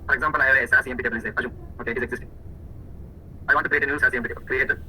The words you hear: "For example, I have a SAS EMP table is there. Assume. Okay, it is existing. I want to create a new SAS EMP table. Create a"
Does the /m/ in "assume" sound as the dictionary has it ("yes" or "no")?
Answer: no